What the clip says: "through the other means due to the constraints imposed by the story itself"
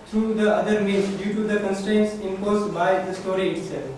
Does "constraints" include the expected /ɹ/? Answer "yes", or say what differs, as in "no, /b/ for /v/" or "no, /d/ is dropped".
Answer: yes